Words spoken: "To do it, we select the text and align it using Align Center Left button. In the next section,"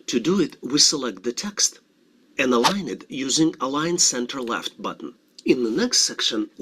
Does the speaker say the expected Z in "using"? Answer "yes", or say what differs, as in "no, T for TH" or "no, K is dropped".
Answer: yes